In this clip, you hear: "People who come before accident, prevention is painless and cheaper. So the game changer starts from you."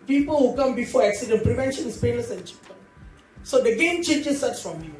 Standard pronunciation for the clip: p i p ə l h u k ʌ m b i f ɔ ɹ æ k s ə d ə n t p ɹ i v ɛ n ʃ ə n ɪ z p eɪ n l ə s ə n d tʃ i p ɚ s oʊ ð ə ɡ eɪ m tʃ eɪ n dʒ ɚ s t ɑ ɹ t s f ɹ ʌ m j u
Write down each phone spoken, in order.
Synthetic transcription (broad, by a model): p i p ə l h u k ʌ m b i f ɔ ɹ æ k s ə d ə n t p ɹ i v ɛ n ʃ ə n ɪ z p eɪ l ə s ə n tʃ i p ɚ s oʊ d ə ɡ eɪ m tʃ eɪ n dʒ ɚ s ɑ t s f ɹ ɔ m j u